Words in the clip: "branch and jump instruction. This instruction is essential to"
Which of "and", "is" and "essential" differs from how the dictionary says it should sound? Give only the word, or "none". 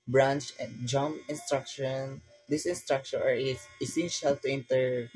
is